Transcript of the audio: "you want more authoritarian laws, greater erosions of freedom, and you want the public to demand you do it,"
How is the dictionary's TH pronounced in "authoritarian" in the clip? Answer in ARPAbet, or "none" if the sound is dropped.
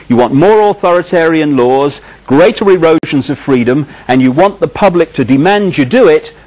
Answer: TH